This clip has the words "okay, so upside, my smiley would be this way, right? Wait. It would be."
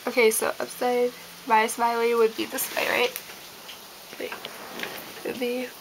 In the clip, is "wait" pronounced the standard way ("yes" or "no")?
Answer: no